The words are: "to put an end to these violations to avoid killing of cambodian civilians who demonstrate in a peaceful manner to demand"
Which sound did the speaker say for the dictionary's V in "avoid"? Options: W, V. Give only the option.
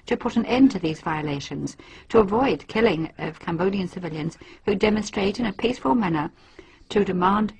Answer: V